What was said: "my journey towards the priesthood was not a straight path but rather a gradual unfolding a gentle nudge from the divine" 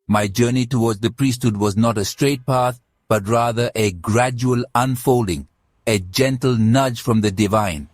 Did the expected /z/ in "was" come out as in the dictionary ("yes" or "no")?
yes